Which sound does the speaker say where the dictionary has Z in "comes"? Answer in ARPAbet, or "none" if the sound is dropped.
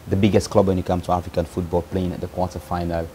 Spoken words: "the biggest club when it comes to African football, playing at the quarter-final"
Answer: none